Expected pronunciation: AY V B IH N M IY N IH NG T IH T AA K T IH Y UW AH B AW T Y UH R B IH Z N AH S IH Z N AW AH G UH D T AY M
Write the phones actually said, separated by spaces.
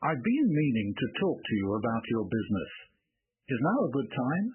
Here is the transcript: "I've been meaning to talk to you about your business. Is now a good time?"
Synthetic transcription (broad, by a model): AY V B IH N M IY N IH NG T IH T AA K T IH Y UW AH B AW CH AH R B IH Z N AH S IH Z N AW AH G UH D T AY M